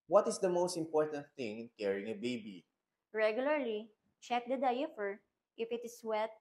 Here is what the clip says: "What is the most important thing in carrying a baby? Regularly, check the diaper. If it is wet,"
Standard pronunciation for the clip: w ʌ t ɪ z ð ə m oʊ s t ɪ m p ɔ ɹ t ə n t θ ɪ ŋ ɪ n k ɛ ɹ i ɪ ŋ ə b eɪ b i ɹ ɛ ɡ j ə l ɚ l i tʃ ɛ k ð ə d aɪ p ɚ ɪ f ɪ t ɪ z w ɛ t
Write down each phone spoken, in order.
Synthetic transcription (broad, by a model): w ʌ t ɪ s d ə m oʊ s t ɪ m p ɔ ɹ t ə n t θ ɪ ŋ ɪ n k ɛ ɹ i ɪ ŋ ə b eɪ b i ɹ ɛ ɡ j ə l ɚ l i tʃ ɛ k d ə d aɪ f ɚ ɪ f ɪ t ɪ s w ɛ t